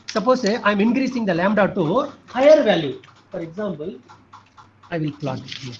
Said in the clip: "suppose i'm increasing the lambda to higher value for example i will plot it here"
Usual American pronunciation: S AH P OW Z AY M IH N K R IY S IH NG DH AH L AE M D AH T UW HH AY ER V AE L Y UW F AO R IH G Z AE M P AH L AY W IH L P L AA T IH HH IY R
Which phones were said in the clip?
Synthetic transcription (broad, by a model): S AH P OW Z AY M IH N K R IY S IH NG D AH L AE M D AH T UW HH AY ER V AE L Y UW F AO R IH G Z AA M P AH L AY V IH L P L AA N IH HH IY